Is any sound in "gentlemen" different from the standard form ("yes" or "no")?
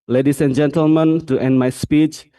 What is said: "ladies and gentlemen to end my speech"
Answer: no